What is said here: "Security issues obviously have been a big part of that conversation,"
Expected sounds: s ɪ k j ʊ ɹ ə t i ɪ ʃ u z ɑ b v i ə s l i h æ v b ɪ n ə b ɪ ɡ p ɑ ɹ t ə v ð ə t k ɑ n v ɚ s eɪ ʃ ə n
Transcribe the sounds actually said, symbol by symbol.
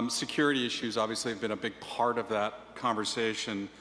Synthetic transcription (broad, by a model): s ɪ k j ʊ ɹ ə t i ɪ ʃ u z ɑ b v i ə s l i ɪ v b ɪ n ə b ɪ ɡ p ɑ ɹ t ə v ð ə t k ɑ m v ɚ s eɪ ʃ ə n